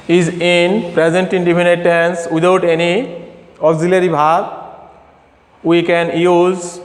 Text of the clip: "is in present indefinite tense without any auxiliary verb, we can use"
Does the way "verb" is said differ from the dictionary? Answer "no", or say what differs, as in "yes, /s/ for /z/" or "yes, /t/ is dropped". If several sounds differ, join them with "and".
yes, /b/ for /v/